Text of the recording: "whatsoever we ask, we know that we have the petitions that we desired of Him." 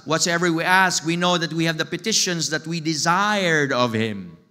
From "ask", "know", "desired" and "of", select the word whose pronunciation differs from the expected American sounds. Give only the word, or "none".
none